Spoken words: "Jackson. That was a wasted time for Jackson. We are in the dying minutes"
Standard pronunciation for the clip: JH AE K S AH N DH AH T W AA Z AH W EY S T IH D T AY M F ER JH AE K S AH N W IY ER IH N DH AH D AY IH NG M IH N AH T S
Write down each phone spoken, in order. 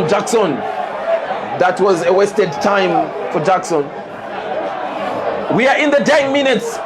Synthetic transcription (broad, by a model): JH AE K S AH N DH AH T W AA Z AH W EY S T IH D T AY M F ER JH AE K S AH N W IY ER IH N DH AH D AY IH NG M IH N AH T S